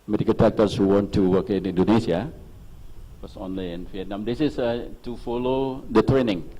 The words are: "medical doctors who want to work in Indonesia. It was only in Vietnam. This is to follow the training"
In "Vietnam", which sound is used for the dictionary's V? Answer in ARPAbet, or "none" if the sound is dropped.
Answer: F